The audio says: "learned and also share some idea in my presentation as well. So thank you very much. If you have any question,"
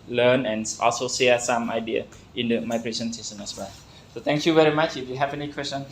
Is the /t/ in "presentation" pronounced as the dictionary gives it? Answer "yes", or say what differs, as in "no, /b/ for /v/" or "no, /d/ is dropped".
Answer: no, /s/ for /t/